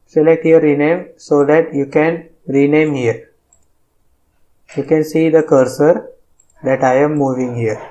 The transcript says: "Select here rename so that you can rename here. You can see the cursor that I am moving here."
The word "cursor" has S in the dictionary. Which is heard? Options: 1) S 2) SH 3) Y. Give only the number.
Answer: 1